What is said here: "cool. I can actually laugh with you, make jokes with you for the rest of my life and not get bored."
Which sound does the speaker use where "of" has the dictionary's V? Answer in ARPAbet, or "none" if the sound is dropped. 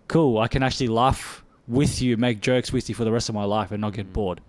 V